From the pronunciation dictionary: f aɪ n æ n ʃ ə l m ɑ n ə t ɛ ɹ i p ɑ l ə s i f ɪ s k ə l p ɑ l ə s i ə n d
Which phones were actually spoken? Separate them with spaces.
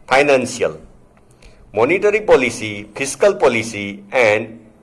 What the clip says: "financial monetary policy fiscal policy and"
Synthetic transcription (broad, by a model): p aɪ n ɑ n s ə l m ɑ n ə t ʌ ɹ i p ɑ l ə s i p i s k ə l p ɑ l ə s i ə n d